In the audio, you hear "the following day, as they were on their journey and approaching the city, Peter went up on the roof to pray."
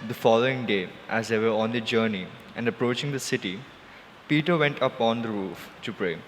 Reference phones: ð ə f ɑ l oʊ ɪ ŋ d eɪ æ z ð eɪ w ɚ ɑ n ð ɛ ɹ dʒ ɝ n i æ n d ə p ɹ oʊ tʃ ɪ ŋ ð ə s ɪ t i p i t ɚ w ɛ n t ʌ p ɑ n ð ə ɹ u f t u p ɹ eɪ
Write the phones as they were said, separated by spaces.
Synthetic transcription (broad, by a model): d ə f ɑ l oʊ ɪ ŋ d eɪ æ z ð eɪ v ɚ ɑ n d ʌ dʒ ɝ n i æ n d ə p ɹ oʊ tʃ ɪ ŋ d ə s ɪ t i p i t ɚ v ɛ n t ʌ p ɑ n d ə ɹ u f t u p ɹ eɪ